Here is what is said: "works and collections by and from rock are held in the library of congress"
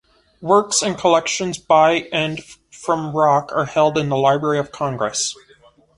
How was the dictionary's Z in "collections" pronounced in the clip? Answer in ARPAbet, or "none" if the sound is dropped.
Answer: Z